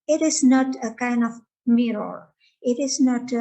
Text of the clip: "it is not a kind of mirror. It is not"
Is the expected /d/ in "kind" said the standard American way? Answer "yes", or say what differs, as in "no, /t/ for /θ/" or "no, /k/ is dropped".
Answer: yes